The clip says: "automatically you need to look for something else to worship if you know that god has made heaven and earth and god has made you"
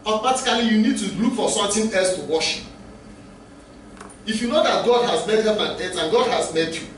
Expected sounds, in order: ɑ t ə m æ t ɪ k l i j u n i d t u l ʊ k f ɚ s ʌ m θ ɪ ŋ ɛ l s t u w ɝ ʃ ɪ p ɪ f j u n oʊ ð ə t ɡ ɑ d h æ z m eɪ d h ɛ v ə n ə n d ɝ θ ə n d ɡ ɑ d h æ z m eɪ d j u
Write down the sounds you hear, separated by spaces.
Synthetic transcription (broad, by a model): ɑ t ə m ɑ t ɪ k l i j u n i d t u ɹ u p f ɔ s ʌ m t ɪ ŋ ɛ l s t u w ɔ ʃ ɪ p ɪ f j u n oʊ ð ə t ɡ ɑ d h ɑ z m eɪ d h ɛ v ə n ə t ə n ɡ ɑ d h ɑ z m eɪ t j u